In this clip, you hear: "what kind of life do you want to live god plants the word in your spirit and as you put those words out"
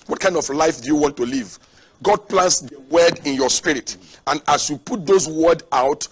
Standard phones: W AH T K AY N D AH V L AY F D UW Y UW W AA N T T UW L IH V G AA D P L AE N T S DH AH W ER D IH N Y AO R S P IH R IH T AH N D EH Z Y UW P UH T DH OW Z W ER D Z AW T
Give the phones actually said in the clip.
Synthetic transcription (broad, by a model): W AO T K AY N D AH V L AY F D UW Y UW W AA N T T UW L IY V G AA D P L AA N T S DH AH W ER D IH N Y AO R S P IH R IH T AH N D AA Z Y UW P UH T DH OW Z W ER D AW T